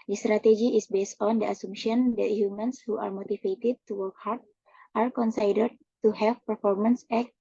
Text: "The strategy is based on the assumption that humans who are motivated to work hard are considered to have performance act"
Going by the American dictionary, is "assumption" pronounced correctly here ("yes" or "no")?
no